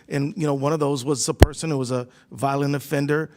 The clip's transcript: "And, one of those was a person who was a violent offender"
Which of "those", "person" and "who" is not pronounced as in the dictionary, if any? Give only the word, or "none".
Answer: none